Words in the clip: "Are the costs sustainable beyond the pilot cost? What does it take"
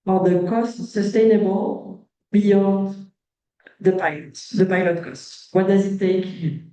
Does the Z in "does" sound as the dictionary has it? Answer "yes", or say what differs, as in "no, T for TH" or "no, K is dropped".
yes